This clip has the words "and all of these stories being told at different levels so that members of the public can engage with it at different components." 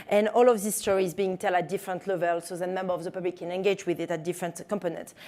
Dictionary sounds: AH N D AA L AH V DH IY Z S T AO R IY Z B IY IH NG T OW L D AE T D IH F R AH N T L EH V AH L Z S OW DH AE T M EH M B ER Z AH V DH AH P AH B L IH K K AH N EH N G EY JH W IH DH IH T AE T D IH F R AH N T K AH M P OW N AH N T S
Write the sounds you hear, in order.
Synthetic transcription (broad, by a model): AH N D AA L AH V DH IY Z S T AO R IY Z B IY IH NG T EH L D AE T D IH F R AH N T L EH V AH L S OW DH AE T M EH M B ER AH V DH AH P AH B L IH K K AH N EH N G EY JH W IH DH IH T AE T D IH F R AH N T K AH M P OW N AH N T